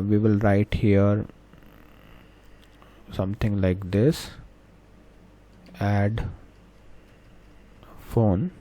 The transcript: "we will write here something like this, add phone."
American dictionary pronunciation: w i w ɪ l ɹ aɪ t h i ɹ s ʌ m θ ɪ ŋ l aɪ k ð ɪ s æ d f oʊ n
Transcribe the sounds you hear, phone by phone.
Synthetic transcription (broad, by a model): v i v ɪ l ɹ aɪ t h i ɹ s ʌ m t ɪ ŋ l aɪ k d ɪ s æ d f oʊ n